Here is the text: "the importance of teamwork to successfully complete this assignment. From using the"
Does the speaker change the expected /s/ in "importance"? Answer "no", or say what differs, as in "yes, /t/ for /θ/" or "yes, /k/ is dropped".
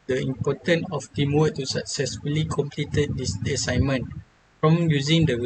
yes, /s/ is dropped